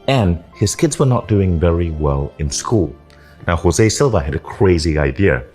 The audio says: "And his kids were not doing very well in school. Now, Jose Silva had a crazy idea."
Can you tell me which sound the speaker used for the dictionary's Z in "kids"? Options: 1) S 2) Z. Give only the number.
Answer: 2